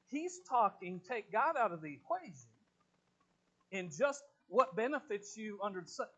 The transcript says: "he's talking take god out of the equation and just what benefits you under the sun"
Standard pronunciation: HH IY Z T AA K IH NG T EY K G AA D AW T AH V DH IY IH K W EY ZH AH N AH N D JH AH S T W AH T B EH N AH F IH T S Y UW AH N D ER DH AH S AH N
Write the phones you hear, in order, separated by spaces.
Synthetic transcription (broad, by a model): HH IY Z T AA K IH NG T EY K G AA D AW T AH V DH IY IH K W EY ZH AH N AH N JH AH S T W AH T B EH N AH F IH T S Y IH AH N D ER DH S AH